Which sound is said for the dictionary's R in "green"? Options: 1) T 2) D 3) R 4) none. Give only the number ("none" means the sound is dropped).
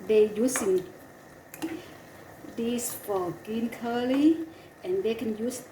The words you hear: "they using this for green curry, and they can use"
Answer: 4